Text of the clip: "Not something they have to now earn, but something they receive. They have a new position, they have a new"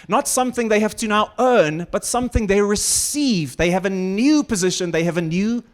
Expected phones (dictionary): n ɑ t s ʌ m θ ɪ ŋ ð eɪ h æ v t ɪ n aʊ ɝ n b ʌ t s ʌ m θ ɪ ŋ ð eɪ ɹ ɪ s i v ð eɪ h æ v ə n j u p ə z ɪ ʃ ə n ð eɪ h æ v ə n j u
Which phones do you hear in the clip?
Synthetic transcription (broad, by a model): n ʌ t s ʌ m θ ɪ ŋ ð eɪ h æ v t ɪ n aʊ ɝ n b ʌ t s ʌ m θ ɪ ŋ ð eɪ ɹ ɪ s i v ð eɪ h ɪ v ə n j u p ə z ɪ ʃ ə n ð eɪ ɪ v ə n j u